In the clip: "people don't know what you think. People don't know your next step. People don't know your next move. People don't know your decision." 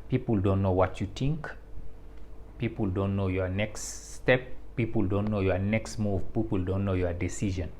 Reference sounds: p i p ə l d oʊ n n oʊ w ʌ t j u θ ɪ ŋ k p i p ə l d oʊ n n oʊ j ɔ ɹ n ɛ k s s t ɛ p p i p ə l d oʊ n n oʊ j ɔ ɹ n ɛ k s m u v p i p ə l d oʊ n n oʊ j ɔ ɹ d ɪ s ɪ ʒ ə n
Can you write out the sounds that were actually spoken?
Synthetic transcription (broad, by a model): p i p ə l d oʊ n n oʊ w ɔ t j u t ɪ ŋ k p i p ə l d oʊ n n oʊ j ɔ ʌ n ɛ k s s t ɛ p p i p ə l d oʊ n n oʊ j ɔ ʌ n ɛ k s m u v p i p ə l d oʊ n n oʊ j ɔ d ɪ s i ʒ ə n